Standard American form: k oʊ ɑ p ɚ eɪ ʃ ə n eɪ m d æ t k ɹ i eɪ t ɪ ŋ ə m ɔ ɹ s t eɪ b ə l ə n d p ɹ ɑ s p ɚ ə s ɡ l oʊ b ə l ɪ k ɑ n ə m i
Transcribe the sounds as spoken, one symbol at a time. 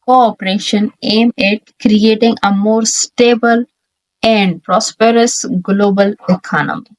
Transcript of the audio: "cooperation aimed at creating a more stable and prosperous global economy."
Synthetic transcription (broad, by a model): k oʊ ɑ p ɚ eɪ ʃ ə n eɪ m ɪ t k ɹ i eɪ t ɪ ŋ ə m ɔ ɹ s t eɪ b ə l ə n d p ɹ ɑ s p ɚ ə s ɡ l oʊ b ə l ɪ k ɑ n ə m i